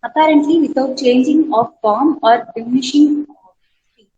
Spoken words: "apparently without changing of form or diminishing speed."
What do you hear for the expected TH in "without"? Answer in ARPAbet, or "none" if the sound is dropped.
T